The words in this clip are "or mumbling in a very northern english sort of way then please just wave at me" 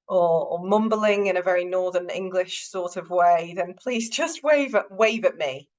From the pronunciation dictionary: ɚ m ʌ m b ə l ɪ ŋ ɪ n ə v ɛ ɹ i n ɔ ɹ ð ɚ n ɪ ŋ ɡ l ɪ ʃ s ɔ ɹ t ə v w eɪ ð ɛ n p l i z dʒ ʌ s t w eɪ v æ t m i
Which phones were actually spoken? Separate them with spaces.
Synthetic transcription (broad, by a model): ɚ m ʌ m b ə l ɪ ŋ ɪ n ə v ɛ ɹ i n ɔ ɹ ð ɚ n ɪ ŋ ɡ l ɪ ʃ s ɔ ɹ t ə v w eɪ ð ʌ n p l i z dʒ ʌ s t w eɪ v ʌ t m i